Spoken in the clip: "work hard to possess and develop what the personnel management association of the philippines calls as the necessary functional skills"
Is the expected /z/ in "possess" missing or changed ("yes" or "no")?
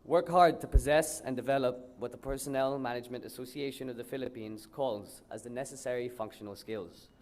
no